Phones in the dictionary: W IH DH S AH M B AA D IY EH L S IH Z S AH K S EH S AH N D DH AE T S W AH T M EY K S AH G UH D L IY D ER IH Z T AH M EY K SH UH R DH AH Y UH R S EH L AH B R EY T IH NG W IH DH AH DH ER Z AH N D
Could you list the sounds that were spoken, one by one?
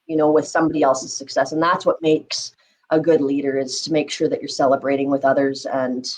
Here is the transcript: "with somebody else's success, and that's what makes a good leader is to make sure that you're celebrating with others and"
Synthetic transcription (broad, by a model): W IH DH S AH M B AA D IY EH L S IH Z S AH K S EH S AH N DH AE T S W AH T M EY K S AH G UH D L IY D ER IH Z T AH M EY K SH UH R DH AH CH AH R S EH L AH B R EY T IH NG W IH DH AH DH ER Z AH N